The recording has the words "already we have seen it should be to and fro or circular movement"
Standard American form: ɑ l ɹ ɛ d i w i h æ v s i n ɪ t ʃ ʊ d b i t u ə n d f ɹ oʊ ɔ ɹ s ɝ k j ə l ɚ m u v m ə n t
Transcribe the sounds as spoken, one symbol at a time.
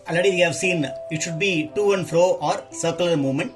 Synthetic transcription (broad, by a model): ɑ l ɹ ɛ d i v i h æ v s i n ɪ t ʃ ʊ d b i t u ə n d f ɹ oʊ ɔ ɹ s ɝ k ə l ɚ m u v m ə n t